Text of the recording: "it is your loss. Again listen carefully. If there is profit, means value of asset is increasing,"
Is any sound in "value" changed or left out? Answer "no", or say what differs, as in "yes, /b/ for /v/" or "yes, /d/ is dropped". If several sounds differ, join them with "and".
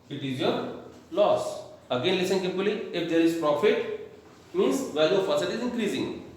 yes, /l/ is dropped